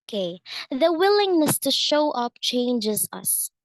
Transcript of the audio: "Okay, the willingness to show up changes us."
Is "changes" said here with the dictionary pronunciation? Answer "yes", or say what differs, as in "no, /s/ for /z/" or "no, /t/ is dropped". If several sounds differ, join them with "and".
yes